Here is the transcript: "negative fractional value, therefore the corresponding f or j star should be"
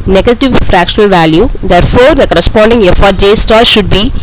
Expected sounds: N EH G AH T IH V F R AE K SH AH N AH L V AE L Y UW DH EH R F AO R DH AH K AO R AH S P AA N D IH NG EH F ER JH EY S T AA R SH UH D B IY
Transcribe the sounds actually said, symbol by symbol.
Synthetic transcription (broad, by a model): N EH G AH T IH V F R AE K SH AH N AH L V AE L Y UW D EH R F AO R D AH K AO R AH S P AA N D IH NG EH F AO JH EY S T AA L SH UH D B IY